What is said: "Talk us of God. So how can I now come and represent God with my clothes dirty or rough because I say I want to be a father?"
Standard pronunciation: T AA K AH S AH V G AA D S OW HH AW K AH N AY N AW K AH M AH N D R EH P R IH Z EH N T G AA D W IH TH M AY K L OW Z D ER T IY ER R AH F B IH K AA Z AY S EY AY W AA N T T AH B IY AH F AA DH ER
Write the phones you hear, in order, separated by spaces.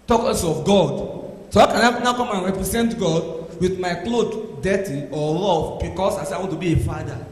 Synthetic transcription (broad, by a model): T AA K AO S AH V G AA D S OW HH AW K AH N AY N AW K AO M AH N R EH P R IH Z EH N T G AA D W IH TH M AY K L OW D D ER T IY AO L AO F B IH K AA S AY S EY AY W AA N T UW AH B IY AH F AA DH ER